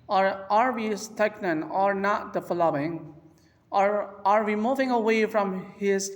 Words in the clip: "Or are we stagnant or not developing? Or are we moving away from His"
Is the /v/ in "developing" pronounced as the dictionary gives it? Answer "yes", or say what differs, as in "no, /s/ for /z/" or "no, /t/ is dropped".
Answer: no, /f/ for /v/